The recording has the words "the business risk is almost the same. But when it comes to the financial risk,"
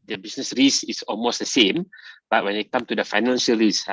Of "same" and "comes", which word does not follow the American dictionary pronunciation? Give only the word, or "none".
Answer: comes